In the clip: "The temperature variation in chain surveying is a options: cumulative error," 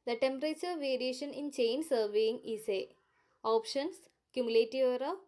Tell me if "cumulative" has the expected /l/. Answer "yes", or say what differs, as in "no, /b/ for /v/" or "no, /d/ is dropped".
yes